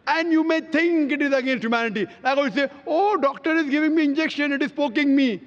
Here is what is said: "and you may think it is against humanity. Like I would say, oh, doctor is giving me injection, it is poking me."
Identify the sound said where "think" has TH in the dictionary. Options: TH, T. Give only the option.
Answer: T